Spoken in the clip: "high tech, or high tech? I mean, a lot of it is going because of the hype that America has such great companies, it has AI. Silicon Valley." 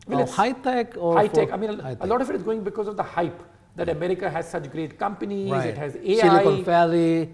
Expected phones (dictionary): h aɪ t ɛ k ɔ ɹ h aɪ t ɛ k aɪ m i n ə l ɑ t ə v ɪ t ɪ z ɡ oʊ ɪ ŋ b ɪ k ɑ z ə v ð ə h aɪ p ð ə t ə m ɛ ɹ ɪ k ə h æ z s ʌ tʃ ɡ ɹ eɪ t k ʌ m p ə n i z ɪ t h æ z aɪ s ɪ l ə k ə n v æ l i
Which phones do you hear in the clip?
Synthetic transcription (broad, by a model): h aɪ t ɛ k ɔ ɹ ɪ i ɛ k aɪ m i n ə l ɑ t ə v ɪ t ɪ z ɡ oʊ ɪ ŋ b ɪ k ɑ z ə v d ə h aɪ p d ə t ə m ɛ ɹ ɪ k ə h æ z s ʌ tʃ ɡ ɹ eɪ t k ʌ m p ə n i z ɪ t h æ z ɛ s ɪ ə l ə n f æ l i